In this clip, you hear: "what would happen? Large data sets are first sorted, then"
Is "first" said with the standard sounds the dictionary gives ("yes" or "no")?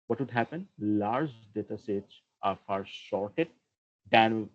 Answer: no